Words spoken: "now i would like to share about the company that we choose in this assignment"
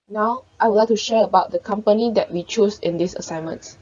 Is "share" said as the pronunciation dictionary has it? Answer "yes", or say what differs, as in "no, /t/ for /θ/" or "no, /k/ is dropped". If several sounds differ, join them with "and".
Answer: yes